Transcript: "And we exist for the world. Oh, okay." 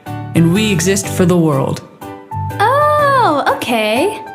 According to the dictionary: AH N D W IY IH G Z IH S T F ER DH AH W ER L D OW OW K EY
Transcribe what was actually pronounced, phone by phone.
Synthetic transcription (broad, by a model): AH N W IY IH G Z IH S T F ER DH AH W ER L D OW OW K EY